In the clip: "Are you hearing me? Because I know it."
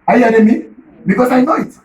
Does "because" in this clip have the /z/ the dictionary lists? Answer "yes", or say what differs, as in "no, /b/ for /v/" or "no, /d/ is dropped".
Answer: no, /s/ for /z/